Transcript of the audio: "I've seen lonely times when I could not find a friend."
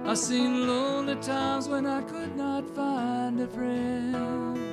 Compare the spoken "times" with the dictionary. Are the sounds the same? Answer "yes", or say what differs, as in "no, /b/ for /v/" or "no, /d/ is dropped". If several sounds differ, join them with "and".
yes